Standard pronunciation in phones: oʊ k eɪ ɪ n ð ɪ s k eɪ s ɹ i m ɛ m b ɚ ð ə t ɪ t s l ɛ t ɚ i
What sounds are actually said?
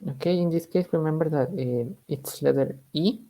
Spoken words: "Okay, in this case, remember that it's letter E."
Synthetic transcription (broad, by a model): oʊ k eɪ ɪ n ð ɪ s k eɪ s w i m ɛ m b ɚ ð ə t ɪ t s l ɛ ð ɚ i